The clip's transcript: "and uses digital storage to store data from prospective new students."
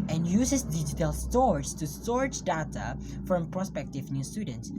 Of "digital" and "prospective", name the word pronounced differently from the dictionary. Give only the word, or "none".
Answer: none